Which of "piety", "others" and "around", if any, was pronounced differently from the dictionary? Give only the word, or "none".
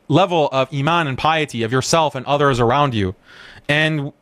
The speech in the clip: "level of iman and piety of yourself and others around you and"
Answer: none